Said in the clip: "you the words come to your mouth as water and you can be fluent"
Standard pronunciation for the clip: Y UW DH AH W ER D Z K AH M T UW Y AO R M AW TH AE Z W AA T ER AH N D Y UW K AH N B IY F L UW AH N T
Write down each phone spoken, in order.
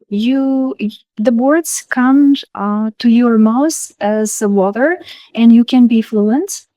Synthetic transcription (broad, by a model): Y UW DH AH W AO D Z K AH M T UW Y AO R M AW S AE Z W AA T ER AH N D Y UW K AH N B IY F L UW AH N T